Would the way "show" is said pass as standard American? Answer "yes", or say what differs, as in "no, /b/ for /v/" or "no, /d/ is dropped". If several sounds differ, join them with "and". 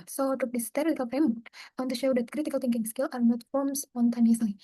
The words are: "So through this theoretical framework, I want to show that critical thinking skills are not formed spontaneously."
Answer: yes